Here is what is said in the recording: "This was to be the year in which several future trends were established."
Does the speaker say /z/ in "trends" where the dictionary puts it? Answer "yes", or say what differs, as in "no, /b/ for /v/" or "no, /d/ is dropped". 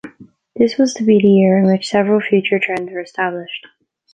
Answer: yes